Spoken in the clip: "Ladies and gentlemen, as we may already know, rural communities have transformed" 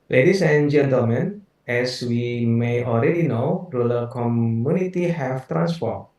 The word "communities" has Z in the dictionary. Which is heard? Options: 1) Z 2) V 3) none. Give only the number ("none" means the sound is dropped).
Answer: 3